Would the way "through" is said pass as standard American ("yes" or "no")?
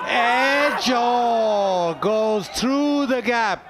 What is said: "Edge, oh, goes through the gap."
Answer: yes